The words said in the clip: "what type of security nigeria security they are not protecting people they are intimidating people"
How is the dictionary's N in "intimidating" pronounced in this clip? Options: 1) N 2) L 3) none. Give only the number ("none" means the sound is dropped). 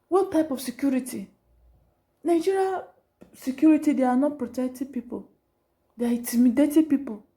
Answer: 3